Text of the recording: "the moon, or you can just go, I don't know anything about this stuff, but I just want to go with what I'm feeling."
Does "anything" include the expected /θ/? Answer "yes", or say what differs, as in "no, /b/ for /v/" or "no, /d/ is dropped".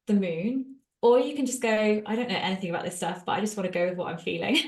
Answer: yes